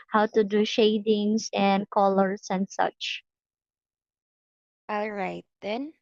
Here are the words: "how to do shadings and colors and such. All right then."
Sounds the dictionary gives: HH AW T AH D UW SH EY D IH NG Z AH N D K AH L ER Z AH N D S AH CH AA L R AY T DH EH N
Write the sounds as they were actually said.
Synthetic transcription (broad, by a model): HH AW T AH D UW SH EY D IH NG S AH N D K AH L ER S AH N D S AH CH AA L R AY T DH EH N